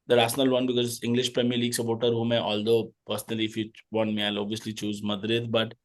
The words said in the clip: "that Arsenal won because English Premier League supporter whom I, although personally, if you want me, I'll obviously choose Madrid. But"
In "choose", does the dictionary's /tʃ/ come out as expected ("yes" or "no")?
yes